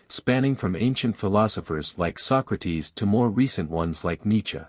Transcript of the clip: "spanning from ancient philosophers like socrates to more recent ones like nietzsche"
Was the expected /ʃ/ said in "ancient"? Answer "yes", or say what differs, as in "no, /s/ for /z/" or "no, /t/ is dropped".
yes